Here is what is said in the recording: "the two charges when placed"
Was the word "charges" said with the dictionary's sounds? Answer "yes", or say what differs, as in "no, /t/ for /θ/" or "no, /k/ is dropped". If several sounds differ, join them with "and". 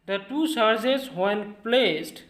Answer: no, /s/ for /tʃ/